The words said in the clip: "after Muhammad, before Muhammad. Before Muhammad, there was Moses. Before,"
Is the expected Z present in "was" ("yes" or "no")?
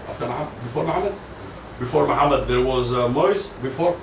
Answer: yes